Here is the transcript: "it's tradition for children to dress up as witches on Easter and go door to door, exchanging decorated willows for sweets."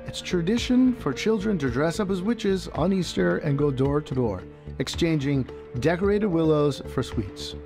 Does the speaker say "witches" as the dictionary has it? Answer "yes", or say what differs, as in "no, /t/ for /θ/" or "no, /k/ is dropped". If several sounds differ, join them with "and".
yes